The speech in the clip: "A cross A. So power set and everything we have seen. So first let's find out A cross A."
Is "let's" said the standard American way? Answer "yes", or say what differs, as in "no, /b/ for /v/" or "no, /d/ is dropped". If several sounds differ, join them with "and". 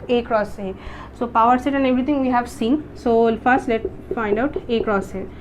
no, /s/ is dropped